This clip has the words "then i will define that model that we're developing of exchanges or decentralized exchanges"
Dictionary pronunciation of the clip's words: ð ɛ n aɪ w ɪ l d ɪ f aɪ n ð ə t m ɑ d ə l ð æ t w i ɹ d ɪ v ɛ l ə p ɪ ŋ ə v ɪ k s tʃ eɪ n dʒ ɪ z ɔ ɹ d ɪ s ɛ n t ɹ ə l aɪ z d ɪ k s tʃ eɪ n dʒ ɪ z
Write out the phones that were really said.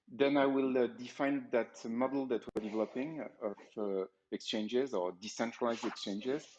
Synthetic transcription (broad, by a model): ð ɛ n aɪ w ɪ l d ɪ f aɪ n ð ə t m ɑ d l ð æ t w i ɹ d ɪ v ɛ l ə p ɪ ŋ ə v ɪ k s tʃ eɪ n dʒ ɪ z ɔ ɹ d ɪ s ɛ n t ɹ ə l aɪ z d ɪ k s tʃ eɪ n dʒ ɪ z